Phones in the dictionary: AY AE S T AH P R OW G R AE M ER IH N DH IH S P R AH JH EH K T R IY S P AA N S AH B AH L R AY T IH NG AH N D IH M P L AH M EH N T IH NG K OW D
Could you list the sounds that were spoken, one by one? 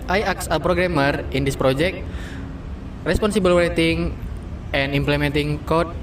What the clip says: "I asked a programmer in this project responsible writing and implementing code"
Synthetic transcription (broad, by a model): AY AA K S AH P R OW G R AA M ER IH N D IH S P R AH JH EH K T R IY S P AA N S AH B AH L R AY T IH NG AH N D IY M P L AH M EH N T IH NG K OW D